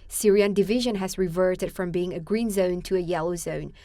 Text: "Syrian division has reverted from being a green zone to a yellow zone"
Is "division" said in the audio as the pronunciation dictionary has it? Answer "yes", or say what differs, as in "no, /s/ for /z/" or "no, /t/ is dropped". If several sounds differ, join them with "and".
yes